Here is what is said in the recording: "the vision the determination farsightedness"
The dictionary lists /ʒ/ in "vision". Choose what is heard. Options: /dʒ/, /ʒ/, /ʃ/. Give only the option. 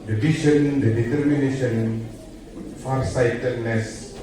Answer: /ʃ/